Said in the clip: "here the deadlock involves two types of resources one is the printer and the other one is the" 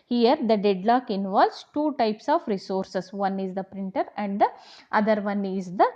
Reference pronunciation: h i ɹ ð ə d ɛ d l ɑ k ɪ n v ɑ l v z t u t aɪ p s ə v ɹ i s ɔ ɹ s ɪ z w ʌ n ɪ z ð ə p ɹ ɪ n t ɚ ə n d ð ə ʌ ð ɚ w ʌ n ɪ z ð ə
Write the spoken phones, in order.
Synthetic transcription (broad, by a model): h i ɹ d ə d ɛ d l ɑ k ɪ n v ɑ l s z t u t aɪ p s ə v ɹ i s ɔ ɹ s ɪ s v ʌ n ɪ z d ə p ɹ ɪ n t ɚ ə n d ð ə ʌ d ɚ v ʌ n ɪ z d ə